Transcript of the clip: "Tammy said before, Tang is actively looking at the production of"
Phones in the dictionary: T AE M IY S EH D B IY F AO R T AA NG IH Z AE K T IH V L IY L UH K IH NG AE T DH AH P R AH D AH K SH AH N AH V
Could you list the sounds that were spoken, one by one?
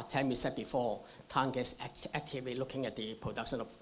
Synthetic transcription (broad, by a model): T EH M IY S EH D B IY F AO T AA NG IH S AE K T IH V L IY L UH K IH NG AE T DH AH P R AH D AH K SH AH N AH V